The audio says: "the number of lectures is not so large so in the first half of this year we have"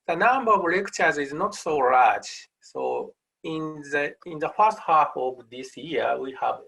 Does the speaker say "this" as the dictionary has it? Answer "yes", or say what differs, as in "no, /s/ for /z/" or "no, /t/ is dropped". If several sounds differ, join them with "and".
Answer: yes